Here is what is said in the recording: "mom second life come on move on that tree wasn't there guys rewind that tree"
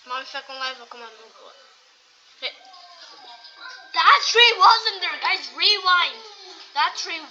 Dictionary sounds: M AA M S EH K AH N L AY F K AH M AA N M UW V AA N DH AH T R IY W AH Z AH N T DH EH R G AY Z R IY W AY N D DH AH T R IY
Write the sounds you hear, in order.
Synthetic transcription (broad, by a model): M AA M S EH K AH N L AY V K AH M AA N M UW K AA DH AH T R IY W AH Z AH N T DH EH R G AY Z R IY W AY N D DH AH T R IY